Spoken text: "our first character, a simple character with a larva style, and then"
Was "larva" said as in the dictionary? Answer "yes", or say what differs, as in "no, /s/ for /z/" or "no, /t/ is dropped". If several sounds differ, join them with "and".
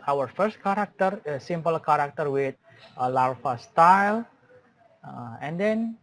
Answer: no, /f/ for /v/